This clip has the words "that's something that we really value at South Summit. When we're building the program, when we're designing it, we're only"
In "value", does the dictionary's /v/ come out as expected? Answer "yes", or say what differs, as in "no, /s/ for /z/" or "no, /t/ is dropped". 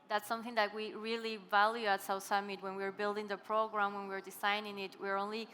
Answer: yes